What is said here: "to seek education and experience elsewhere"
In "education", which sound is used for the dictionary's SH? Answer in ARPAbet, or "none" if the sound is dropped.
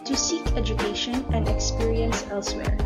SH